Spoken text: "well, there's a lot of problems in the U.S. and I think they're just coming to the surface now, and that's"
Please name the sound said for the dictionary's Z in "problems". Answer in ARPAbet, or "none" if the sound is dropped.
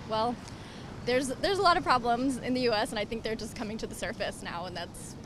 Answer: Z